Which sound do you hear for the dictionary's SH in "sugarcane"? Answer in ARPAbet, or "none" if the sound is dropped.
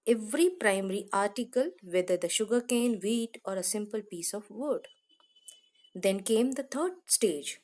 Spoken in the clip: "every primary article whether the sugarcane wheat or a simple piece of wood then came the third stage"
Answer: SH